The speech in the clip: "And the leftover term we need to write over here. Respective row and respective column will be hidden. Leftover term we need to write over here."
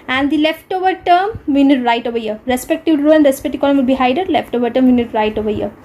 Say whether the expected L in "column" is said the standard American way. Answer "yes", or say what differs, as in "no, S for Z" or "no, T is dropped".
no, N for L